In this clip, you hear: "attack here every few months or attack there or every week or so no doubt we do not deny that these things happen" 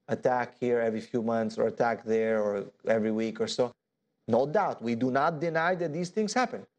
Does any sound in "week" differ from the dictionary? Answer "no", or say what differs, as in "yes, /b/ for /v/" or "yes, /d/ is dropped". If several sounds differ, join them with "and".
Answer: no